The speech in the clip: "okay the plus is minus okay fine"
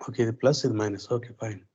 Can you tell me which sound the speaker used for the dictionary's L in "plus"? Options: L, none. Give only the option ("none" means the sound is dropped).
L